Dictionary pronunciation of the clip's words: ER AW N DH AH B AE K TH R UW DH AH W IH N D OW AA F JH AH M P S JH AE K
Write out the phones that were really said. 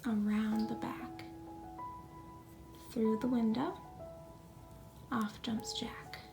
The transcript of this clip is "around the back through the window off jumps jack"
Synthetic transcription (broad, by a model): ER AW N DH AH B AE K TH R UW DH AH W IH N D OW AA F JH AH M P S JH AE K